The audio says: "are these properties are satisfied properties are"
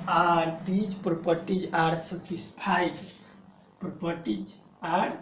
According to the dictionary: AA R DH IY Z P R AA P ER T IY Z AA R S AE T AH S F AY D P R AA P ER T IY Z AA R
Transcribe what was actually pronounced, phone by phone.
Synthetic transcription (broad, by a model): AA R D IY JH P R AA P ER T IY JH AA R S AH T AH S P AY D P R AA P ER T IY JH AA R